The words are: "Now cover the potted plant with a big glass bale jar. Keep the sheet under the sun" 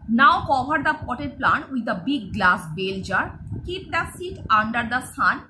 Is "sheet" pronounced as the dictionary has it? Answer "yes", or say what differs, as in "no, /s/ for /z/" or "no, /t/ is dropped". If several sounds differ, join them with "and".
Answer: no, /s/ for /ʃ/